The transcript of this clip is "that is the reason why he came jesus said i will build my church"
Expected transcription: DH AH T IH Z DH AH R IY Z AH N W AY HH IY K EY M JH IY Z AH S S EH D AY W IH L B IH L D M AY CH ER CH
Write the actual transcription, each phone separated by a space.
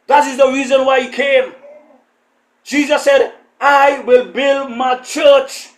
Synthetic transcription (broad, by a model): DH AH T IH Z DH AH R IY Z AH N W AY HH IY K EY M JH IY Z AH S S EH D AY W IH L B IH L D M AY CH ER CH